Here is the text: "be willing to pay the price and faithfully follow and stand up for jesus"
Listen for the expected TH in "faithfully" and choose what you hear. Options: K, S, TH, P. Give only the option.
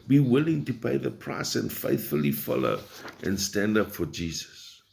TH